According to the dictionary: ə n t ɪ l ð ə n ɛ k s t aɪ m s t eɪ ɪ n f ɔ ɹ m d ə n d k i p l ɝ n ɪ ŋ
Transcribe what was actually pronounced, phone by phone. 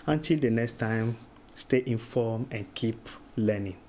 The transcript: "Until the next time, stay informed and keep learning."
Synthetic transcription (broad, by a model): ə n t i l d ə n ɛ k s t aɪ m s t eɪ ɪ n f ɔ m ə n k i p l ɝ n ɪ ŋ